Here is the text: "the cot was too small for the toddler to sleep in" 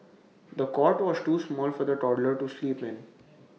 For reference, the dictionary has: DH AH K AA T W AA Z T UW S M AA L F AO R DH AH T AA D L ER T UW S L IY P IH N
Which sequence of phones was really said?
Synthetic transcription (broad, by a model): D AH K AA T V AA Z T UW S M AA L F AO R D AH T AA D L ER T UW S L IY P IH N